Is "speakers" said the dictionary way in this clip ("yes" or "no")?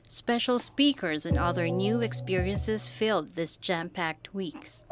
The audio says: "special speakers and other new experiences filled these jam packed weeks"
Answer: yes